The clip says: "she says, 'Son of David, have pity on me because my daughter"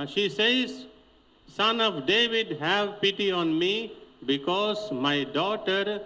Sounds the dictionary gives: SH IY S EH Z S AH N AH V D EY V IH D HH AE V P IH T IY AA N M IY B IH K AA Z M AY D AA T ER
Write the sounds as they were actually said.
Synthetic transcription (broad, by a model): SH IY S EH Z S AH N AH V D EY V IH D HH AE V P IH T IY AA N M IY B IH K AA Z M AY D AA T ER